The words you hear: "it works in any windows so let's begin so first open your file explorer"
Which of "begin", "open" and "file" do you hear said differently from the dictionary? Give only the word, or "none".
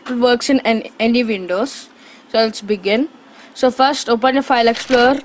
none